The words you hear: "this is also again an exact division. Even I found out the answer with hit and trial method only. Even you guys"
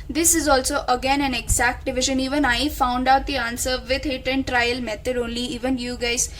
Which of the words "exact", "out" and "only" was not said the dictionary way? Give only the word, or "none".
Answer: none